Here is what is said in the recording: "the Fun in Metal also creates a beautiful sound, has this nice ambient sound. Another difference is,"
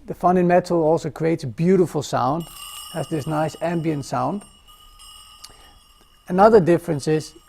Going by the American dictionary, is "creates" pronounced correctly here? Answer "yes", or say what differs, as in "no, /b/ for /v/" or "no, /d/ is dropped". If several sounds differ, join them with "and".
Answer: yes